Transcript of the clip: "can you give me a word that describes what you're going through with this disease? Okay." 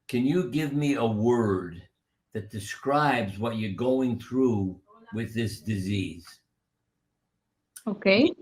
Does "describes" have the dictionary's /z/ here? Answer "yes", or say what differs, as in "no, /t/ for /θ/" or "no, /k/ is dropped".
yes